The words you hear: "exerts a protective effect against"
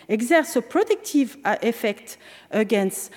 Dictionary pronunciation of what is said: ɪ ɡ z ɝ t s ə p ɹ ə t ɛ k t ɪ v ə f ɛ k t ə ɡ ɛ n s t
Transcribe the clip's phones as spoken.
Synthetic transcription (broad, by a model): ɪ ɡ z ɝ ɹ s ə p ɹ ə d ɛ k t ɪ v ə f ɛ k t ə ɡ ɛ n s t